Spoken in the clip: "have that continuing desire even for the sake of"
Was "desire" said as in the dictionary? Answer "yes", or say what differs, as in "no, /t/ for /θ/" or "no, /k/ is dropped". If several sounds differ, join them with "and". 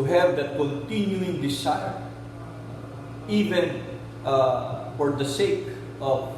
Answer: no, /s/ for /z/